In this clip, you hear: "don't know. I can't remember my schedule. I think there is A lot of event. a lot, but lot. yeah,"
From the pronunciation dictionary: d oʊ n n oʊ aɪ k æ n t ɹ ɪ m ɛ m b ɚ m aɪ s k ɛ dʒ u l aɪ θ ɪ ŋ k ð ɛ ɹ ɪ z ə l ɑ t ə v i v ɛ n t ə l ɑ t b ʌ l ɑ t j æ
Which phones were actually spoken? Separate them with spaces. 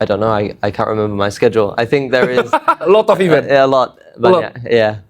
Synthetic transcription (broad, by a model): d oʊ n n oʊ aɪ k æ n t ɹ ɪ m ɛ m b ɚ m aɪ s k ɛ dʒ u l aɪ θ ɪ ŋ k ð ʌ ɹ ɪ z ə l ɑ t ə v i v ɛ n ə l ɑ t b ʌ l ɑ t j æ